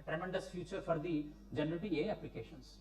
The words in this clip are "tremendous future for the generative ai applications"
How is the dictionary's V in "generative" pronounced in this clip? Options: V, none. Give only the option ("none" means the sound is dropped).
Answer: none